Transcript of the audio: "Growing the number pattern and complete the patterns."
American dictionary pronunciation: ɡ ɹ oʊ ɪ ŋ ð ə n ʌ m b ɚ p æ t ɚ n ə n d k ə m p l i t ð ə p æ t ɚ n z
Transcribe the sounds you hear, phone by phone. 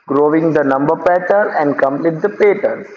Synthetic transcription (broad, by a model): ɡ ɹ oʊ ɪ ŋ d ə n ʌ m b ɚ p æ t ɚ ə n d k ə m p l i t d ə p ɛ t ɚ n